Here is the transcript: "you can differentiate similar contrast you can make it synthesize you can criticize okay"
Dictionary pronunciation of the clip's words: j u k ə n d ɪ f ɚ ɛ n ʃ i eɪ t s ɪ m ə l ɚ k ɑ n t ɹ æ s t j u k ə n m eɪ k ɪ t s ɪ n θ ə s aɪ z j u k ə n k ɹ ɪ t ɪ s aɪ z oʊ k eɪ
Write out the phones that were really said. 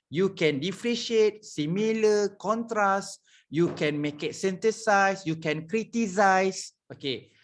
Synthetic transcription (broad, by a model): j u k ə n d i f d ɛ ʃ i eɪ t s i m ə l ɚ k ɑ n t ɹ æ s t j u k ə n m eɪ k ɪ t s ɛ n t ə s aɪ s j u k ə n k ɹ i t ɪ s aɪ s oʊ k eɪ